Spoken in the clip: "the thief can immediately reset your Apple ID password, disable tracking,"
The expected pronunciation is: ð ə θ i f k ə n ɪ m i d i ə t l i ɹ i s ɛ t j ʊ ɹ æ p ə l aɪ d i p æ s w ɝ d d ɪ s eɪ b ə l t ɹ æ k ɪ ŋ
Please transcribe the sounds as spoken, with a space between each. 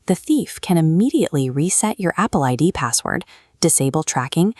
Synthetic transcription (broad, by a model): ð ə θ i f k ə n ɪ m i d i ə t l i ɹ i s ɛ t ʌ ɹ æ p l aɪ d i p æ s w ɝ d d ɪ s eɪ b l t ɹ æ k ɪ ŋ